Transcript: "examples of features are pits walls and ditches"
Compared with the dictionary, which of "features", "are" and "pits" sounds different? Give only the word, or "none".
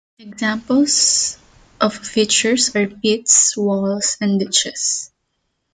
features